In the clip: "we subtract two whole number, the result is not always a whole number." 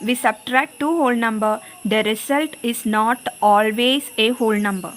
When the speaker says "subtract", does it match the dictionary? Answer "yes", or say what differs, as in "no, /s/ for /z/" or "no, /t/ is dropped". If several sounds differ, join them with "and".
yes